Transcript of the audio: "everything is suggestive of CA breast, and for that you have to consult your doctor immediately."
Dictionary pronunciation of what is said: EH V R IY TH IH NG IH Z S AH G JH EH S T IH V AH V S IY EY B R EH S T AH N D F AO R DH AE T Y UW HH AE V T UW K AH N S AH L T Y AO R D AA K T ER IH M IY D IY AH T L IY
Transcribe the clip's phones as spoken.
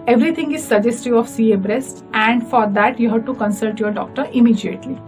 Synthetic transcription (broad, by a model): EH V R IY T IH NG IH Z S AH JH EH S T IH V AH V S IY EY B R EH S T AH N D F AO R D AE T Y UW HH AE V T UW K AH N S AH L T Y AO R D AA K T ER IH M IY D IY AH T L IY